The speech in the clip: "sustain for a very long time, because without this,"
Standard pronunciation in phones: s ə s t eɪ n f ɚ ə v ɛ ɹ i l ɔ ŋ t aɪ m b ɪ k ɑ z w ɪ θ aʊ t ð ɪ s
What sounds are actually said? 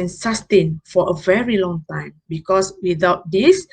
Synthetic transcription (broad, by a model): s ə s t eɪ n f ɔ ə v ɛ ɹ i l ɔ ŋ t aɪ m b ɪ k ɑ s w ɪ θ aʊ t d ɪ s